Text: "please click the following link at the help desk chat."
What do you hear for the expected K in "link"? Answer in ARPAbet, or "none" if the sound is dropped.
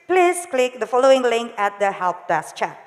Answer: K